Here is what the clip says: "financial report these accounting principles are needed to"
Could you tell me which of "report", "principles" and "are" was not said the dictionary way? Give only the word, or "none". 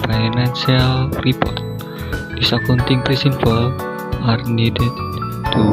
principles